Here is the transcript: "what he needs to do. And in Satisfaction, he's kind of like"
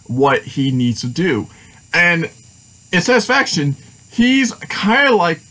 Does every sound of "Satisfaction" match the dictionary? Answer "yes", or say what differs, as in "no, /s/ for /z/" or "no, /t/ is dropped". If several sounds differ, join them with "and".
yes